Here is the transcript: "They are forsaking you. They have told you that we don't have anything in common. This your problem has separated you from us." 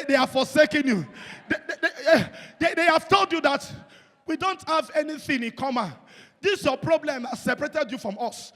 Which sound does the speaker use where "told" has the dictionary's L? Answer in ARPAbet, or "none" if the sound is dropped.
L